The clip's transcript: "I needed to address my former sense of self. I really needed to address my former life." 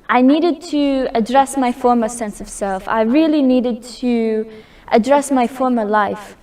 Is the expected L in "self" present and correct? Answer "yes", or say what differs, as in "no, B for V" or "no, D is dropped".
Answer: yes